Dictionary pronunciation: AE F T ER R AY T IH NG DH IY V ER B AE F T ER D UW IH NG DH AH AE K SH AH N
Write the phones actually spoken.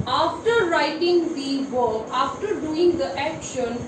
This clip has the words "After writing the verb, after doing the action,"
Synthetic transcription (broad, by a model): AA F T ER R AY T IH NG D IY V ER AA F T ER D UW IH NG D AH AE K SH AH N